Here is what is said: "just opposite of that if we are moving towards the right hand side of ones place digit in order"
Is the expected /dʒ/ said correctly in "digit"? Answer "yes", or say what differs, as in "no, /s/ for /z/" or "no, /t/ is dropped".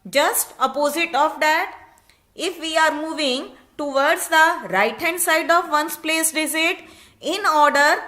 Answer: no, /z/ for /dʒ/